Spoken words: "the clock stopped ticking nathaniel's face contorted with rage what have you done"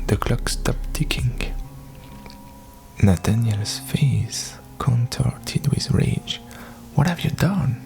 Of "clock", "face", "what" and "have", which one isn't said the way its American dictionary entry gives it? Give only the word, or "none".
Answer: none